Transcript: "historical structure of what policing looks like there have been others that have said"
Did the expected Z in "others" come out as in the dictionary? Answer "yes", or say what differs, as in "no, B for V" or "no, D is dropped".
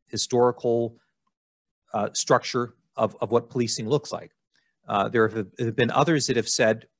yes